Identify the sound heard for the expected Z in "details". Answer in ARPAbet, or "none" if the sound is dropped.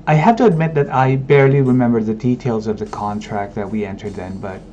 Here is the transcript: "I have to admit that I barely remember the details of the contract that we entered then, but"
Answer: Z